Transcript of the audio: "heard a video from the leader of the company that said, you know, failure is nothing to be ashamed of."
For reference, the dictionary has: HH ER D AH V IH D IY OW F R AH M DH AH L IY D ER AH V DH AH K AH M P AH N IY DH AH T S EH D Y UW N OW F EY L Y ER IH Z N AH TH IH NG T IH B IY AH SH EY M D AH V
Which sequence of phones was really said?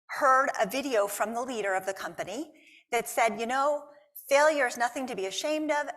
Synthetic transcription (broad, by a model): HH ER D AH V IH D IY OW F R AH M DH AH L IY D ER AH V DH AH K AH M P AH N IY DH AH T S EH D Y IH N OW F EY L Y ER IH Z N AH TH IH NG T IH B IY AH SH EY M D AH V